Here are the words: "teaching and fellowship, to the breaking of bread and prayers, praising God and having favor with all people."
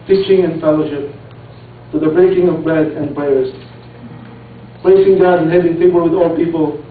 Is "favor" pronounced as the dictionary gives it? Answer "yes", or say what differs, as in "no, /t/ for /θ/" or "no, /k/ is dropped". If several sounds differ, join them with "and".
no, /p/ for /f/